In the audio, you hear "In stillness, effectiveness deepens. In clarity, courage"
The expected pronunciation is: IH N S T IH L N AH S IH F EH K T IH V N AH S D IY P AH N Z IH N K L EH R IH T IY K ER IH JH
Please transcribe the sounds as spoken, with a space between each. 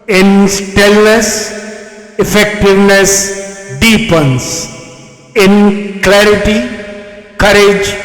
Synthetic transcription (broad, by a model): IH N S T IH L N AH S IH F EH K T IH V N AH S D IY P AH N S IH N K L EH R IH T IY K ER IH JH